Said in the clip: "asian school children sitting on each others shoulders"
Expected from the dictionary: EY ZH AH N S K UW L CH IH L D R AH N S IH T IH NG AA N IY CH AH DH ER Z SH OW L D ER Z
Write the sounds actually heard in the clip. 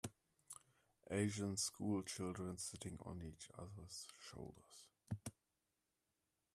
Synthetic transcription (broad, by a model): EY ZH AH N S K UW L CH IH L D R AH N S IH T IH NG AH N IY CH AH DH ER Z SH OW L D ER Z